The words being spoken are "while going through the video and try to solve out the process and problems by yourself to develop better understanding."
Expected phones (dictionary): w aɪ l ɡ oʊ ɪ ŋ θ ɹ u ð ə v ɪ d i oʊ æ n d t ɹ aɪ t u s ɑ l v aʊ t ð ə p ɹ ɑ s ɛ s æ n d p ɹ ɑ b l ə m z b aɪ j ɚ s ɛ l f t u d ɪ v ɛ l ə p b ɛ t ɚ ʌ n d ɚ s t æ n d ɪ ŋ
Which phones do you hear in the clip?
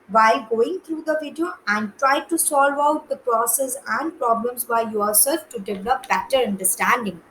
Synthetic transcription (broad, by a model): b aɪ ɡ oʊ ɪ ŋ t ɹ u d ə v ɪ d i oʊ æ n d t ɹ aɪ t u s ɑ l v aʊ t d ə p ɹ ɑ s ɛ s æ n d p ɹ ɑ b l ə m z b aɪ j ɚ s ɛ l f t u d ɪ v ɛ l ə p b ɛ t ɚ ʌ n d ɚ s t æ n d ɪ ŋ